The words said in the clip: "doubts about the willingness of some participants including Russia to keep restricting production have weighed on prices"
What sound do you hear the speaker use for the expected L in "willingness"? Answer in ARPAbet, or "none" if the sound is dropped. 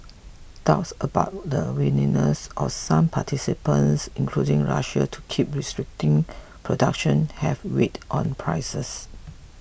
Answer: N